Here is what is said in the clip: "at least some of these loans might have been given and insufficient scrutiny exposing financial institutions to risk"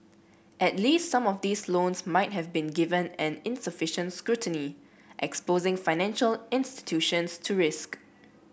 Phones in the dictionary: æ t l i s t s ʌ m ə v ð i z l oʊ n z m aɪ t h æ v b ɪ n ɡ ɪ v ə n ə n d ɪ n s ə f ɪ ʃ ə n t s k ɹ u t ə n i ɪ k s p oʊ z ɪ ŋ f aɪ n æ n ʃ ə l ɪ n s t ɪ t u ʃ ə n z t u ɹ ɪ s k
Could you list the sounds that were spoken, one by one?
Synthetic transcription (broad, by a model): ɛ t l i s t s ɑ m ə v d i s l oʊ n s m aɪ t h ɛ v b ɪ n ɡ ɪ v ə n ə n ɪ n s ə f ɪ ʃ ə n t s k ɹ u t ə n i ɪ k s p oʊ z ɪ ŋ f aɪ n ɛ n ʃ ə l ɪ n s t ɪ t u ʃ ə n s t u ɹ ɪ s k